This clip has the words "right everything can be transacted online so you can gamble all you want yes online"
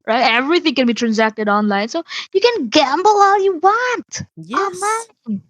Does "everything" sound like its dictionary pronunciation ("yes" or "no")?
yes